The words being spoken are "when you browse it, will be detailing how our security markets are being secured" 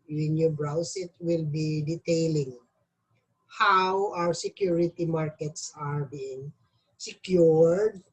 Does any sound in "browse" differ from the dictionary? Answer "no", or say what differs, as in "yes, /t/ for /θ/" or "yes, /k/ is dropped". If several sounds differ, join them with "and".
yes, /s/ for /z/